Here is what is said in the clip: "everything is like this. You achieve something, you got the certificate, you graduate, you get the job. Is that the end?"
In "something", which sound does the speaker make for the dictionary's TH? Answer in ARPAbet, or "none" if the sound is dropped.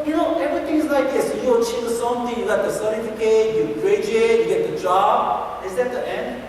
T